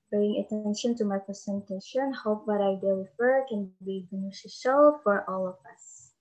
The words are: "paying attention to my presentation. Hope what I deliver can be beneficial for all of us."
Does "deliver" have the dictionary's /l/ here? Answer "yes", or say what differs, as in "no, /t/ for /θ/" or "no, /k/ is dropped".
no, /w/ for /l/